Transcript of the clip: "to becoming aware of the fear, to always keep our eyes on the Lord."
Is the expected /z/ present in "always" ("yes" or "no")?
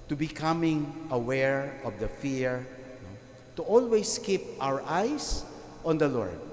no